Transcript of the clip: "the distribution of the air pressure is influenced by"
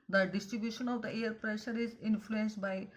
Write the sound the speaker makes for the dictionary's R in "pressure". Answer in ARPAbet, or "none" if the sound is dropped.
R